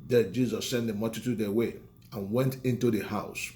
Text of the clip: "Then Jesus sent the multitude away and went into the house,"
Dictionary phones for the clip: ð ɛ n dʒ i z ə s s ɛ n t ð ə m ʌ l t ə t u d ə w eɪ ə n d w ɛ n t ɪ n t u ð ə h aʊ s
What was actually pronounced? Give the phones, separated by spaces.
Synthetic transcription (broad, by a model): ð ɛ dʒ i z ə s s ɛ n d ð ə m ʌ t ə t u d ə w eɪ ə n w ɛ n t ɪ n t u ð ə h aʊ s